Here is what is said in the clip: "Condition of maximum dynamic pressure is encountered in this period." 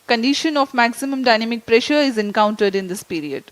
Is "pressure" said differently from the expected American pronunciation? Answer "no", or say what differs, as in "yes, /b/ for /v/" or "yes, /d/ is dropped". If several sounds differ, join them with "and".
no